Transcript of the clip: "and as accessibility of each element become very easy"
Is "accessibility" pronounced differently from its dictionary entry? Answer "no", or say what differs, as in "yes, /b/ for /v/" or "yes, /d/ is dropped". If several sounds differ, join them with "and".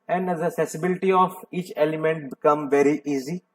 yes, /k/ is dropped